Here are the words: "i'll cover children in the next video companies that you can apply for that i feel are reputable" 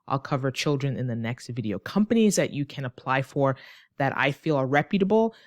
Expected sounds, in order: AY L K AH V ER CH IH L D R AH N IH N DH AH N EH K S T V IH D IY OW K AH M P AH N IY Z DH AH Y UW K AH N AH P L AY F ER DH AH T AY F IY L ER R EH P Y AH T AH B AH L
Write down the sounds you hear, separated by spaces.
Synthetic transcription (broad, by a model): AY L K AH V ER CH IH L D R AH N IH N DH AH N EH K S T V IH D IY OW K AH M P AH N IY Z DH AH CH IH K AH N AH P L AY F ER DH AH T AY F IY L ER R EH P Y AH T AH B L